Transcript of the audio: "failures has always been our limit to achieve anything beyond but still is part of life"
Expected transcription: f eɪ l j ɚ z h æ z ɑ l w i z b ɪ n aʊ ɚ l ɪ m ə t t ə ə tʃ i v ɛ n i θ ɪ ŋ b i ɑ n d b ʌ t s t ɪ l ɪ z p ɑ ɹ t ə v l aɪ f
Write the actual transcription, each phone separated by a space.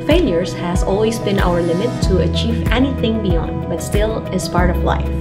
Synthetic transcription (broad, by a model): f eɪ l j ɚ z h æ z ɑ l w i z b ɪ n aʊ ɚ l ɪ m ə t t ə ə tʃ i v ɛ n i θ ɪ ŋ b i ɑ n d b ʌ t s t ɪ l ɪ z p ɑ ɹ t ə v l aɪ f